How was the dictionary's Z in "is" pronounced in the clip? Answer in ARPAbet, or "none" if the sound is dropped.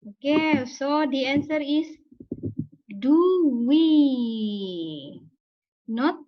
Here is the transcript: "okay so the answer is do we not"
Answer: S